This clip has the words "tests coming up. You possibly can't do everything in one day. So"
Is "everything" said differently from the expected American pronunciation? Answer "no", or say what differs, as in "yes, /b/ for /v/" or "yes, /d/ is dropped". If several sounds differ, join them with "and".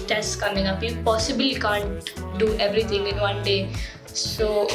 yes, /t/ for /θ/